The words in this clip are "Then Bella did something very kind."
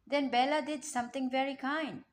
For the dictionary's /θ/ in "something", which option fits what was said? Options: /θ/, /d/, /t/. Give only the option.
/t/